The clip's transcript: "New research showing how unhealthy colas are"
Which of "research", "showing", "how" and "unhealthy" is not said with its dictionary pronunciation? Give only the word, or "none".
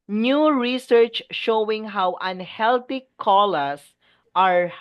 unhealthy